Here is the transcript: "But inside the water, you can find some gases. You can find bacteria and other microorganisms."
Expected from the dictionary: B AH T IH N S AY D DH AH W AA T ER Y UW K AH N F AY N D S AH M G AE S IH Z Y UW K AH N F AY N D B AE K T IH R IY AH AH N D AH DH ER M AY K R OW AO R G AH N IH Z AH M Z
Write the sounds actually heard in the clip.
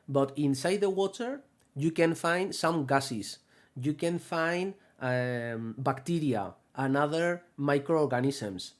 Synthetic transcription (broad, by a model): B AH T IH N S AY D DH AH W AA T ER Y UW K AH N F AY N D S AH M G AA S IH S Y UW K AH N F AY N D B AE K T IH R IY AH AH N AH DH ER M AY K R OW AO R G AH N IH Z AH M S